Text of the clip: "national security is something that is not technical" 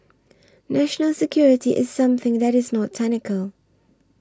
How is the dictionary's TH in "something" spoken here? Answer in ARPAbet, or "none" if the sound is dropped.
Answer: TH